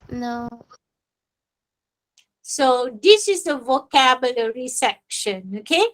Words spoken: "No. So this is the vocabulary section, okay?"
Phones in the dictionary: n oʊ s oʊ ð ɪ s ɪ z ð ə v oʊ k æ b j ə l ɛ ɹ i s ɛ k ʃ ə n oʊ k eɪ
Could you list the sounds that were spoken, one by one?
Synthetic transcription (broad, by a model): n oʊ s oʊ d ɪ s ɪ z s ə v oʊ k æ b j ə l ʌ ɹ i s ɛ k ʃ ə n oʊ k eɪ